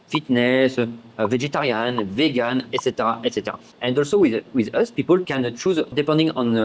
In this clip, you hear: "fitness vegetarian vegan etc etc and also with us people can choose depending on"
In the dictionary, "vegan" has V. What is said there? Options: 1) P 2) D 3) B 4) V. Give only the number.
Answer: 4